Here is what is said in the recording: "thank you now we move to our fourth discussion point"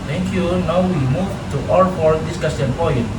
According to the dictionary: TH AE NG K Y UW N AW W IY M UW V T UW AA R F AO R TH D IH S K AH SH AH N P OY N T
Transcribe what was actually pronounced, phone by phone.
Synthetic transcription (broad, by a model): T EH NG K Y UW N AW W IY M UW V T UW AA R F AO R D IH S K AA S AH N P OY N